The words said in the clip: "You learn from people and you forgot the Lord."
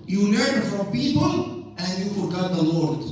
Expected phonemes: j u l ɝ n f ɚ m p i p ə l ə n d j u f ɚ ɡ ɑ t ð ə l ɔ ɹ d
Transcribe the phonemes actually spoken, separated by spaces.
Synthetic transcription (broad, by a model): j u n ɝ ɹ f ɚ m p i p ə l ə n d j u f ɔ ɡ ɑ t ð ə l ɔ ɹ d